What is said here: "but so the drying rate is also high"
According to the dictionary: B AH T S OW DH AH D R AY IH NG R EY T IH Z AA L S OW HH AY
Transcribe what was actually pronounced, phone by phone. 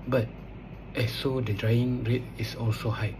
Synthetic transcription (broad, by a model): B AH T S OW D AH D R AY IH NG R EY T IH S AA L S OW HH AY